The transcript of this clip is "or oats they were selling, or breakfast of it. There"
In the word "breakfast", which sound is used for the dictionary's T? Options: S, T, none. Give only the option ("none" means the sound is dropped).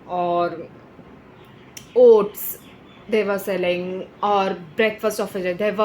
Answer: T